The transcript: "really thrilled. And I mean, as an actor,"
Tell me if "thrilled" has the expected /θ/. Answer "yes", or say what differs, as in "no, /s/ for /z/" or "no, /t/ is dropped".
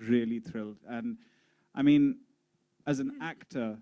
yes